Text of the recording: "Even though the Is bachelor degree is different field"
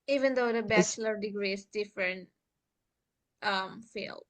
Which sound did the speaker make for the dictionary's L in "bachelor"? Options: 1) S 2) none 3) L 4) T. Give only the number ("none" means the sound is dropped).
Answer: 3